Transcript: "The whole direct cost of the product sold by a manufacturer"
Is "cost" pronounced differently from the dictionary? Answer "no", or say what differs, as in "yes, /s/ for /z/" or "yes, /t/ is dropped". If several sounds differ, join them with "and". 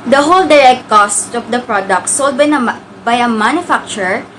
no